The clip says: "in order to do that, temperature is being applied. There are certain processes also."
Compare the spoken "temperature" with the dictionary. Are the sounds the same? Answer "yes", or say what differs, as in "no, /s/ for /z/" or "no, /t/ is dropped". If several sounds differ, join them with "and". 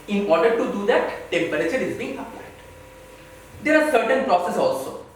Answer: no, /b/ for /p/